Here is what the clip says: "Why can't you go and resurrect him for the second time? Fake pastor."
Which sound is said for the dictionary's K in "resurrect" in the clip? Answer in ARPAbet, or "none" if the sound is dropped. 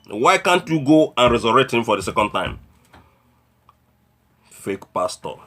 none